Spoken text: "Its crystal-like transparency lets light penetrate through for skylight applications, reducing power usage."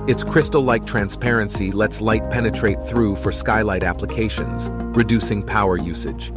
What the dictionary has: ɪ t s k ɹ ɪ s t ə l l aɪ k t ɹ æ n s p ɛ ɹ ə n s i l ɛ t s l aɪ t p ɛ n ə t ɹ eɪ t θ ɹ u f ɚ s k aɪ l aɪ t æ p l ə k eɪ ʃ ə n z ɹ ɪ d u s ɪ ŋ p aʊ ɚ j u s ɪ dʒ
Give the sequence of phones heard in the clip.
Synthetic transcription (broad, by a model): ɪ t s k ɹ ɪ s t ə l l aɪ k t ɹ æ n s p ɛ ɹ ə n s i l ɛ t s l aɪ t p ɛ n ə t ɹ eɪ t θ ɹ u f ɚ s k aɪ l aɪ t æ p l ə k eɪ ʃ ə n z ɹ ɪ d u s ɪ ŋ p aʊ ɚ j u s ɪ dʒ